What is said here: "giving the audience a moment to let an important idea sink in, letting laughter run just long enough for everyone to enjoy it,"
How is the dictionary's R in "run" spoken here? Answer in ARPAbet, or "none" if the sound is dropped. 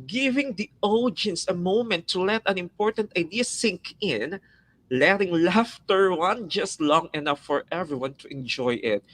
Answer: W